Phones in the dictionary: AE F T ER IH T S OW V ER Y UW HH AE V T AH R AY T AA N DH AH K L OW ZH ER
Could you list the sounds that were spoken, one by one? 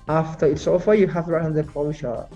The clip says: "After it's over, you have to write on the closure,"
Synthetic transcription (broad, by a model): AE F T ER IH T S OW F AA Y UW HH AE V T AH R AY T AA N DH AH K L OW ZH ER